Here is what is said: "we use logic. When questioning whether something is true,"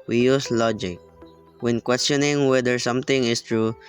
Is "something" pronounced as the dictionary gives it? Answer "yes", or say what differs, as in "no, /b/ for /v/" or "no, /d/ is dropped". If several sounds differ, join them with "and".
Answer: no, /t/ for /θ/